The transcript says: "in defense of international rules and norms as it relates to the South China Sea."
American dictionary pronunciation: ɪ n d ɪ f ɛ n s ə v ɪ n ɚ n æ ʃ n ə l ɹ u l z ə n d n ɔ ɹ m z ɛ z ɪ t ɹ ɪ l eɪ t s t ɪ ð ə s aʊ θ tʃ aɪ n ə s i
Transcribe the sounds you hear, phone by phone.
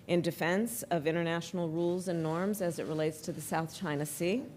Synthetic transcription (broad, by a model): ɪ n d ɪ f ɛ n s ə v ɪ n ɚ n æ ʃ n l ɹ u l z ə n n ɔ ɹ m z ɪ z ɪ t ɹ ɪ l eɪ t s t ɪ ð ə s aʊ θ tʃ aɪ n ə s i